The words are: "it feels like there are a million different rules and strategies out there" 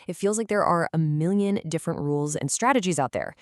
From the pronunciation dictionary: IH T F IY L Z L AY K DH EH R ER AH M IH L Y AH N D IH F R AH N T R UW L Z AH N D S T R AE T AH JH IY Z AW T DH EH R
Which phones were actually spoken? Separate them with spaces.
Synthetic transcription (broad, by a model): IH T F IY L Z L AY K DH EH R ER AH M IH L Y AH N D IH F R AH N T R UW L Z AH N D S T R AE T AH JH IY Z AW T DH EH R